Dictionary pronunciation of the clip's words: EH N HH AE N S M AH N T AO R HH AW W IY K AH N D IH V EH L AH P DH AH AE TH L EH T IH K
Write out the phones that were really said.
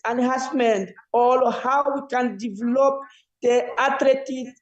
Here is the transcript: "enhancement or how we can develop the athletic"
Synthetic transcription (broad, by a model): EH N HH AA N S M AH N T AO L HH AW W IY K AH N D IH V EH L AH P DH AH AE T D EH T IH